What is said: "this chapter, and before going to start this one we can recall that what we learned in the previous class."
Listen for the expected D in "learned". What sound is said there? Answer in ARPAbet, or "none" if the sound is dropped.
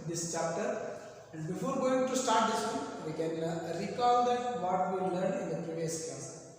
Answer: none